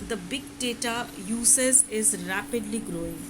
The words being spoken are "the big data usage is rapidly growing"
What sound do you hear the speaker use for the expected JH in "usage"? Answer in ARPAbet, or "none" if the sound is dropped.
Z